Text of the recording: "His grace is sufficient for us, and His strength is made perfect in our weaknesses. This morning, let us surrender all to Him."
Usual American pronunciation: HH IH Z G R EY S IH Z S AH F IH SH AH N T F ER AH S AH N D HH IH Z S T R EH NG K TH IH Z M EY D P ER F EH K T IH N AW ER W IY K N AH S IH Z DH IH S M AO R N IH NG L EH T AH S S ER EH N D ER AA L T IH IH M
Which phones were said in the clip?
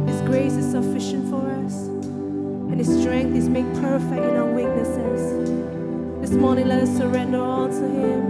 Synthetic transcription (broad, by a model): HH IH Z G R EY S IH Z S AH F IH SH AH N T F ER AH S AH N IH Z S T R EH NG K TH IH Z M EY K P ER F EH K T IH N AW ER W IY K N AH S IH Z DH IH S M AO R N IH NG L EH T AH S S ER EH N D ER AA L T IH IH M